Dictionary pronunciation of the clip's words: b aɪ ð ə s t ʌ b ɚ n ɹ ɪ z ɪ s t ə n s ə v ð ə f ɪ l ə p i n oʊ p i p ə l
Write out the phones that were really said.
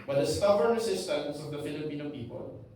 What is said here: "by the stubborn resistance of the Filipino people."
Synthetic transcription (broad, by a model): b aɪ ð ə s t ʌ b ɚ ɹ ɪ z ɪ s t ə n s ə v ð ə f ɪ l ə p i n oʊ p i p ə l